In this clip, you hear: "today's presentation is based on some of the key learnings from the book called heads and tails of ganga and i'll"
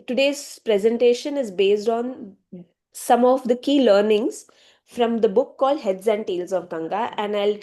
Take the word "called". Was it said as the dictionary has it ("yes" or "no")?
yes